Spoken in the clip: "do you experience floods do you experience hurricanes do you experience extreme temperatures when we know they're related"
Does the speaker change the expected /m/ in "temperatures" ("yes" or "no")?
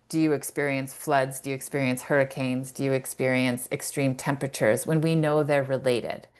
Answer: no